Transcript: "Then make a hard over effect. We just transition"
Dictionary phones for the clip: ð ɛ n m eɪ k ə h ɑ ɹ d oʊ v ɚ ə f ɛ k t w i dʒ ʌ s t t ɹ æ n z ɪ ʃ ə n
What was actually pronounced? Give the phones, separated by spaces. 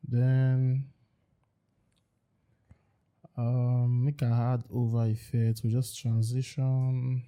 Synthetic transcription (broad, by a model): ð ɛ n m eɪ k ə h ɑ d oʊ v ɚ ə f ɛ t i dʒ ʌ s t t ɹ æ n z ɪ ʃ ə n